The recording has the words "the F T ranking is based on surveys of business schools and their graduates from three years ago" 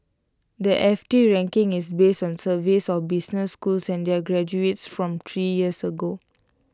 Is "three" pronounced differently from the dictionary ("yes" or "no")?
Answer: yes